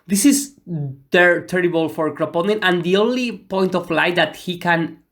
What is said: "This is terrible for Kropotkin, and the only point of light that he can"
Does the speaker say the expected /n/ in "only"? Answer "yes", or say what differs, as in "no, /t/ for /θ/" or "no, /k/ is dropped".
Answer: yes